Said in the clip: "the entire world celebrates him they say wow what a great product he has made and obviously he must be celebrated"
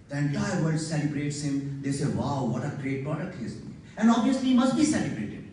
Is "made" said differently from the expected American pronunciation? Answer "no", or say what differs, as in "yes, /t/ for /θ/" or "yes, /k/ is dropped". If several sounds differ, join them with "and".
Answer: yes, /d/ is dropped